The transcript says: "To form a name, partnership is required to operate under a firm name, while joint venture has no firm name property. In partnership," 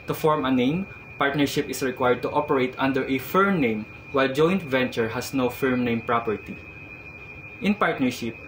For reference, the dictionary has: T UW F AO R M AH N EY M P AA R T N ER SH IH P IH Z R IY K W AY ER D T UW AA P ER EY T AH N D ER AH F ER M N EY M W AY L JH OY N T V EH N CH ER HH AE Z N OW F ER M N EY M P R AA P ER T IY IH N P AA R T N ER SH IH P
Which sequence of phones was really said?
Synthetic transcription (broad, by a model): T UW F AO R M AH N EY M P AA R T N ER SH IH P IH S R IY K W AY ER D T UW AA P ER EY T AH N D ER AH F ER M N EY M W AY L JH OY N T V EH N CH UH HH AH S N OW F ER M N EY M P R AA P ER T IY IH N P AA R T N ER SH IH P